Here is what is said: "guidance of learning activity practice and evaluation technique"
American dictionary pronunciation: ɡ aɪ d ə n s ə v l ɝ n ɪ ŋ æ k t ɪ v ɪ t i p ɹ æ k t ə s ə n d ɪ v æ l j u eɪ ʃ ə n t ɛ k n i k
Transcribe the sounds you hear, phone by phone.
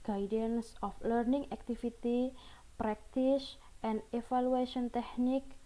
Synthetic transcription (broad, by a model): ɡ aɪ d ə n s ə f l ɝ n ɪ ŋ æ k t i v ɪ t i p ɹ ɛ k t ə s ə n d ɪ f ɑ l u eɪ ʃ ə n t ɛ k n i k